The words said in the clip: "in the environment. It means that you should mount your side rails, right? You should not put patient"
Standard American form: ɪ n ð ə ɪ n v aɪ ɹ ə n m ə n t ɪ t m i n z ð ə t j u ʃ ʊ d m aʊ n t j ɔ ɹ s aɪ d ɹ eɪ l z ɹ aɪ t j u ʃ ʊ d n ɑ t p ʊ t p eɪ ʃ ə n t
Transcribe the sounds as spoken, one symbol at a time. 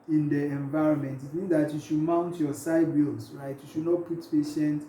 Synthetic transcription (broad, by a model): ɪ n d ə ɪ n v aɪ ɹ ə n m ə n t ɪ t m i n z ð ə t j u ʃ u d m aʊ n t j ɔ s aɪ d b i l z ɹ aɪ t j u ʃ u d n ɑ t p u t p eɪ ʃ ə n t